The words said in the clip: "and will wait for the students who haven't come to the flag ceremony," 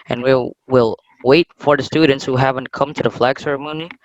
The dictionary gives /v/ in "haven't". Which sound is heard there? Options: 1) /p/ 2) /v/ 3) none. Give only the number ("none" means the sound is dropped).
2